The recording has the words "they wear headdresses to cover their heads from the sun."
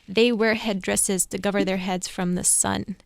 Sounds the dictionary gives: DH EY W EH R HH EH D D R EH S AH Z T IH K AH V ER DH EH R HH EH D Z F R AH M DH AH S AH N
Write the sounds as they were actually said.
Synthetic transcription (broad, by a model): DH EY W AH R HH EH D D R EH S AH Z T IH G AH V ER DH EH R HH EH D Z F R AH M DH AH S AH N